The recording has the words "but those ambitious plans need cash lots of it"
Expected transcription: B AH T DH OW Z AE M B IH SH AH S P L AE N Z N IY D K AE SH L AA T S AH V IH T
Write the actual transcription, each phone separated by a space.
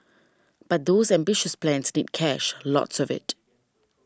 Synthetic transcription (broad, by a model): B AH T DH OW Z AE M B IH SH AH S P L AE N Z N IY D K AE SH L AA T S AH V IH T